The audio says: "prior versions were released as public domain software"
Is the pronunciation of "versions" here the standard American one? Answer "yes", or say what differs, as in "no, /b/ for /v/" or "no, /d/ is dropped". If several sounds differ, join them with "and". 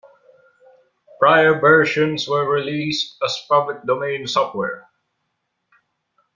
no, /ʃ/ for /ʒ/ and /s/ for /z/